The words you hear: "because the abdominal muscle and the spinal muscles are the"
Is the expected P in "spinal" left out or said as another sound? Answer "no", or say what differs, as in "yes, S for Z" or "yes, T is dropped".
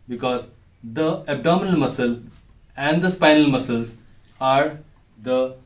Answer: no